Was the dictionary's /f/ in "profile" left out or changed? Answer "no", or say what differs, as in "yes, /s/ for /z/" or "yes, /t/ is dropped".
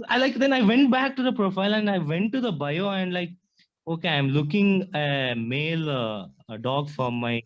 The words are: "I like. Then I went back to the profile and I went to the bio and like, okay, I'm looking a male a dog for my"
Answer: no